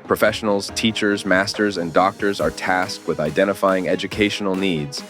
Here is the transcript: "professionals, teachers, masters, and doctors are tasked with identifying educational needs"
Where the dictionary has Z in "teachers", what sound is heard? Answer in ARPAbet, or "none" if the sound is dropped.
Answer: Z